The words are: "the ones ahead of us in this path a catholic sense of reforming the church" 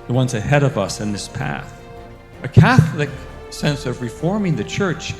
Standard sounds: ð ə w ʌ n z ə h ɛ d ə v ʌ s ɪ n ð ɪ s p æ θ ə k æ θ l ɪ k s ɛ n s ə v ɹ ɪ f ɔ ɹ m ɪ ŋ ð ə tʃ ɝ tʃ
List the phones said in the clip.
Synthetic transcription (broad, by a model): ð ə w ʌ n z ə h ɛ d ə v ʌ s ɪ n ð ɪ s p æ θ ə k æ θ l ɪ k s ɛ n s ə v ɹ ɪ f ɔ ɹ m ɪ ŋ ð ə tʃ ɝ tʃ